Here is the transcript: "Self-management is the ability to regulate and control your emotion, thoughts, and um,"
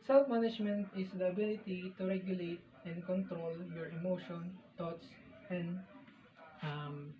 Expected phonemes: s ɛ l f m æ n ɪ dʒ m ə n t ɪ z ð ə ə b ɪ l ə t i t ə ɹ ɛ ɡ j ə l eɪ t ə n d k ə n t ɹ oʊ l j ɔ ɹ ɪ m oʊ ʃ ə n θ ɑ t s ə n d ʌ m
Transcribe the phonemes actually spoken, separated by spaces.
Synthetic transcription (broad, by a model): s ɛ l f m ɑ n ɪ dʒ m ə n t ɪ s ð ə ə b ɪ l ə t i t ə ɹ ɛ ɡ j ə l eɪ t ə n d k ə n t ɹ oʊ l j ɔ ɹ ɪ m oʊ ʃ ə n t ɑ t s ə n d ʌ m